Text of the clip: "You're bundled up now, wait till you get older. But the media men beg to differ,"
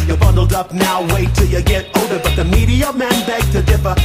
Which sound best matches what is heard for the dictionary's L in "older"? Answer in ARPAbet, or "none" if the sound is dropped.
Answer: none